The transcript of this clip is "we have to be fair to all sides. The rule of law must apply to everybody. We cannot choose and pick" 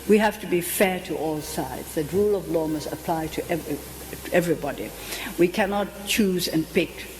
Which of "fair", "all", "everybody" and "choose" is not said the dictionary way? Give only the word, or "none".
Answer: none